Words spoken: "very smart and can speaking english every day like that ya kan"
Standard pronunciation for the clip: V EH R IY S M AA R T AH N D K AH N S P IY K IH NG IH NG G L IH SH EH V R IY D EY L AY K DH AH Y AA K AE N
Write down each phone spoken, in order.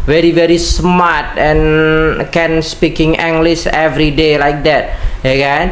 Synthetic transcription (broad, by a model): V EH R IY S M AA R T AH N K AH N S P IY K IH NG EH NG G L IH S EH V R IY D EY L AY K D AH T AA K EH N